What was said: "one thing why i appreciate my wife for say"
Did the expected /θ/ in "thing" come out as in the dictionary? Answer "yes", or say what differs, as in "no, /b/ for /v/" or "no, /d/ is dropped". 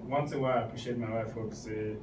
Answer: no, /s/ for /θ/